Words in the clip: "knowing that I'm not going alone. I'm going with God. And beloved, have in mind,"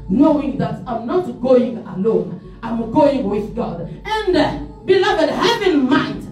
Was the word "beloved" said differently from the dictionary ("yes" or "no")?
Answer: no